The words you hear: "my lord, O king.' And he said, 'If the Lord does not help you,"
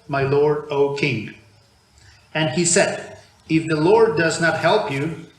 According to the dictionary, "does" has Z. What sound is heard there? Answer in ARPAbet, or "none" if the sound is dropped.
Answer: Z